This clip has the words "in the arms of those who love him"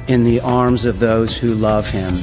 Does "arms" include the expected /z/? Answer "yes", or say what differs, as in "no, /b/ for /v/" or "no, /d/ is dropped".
yes